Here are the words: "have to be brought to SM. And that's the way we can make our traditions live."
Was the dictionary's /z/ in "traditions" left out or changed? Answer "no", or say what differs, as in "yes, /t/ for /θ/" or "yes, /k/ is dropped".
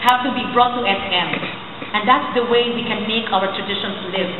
yes, /s/ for /z/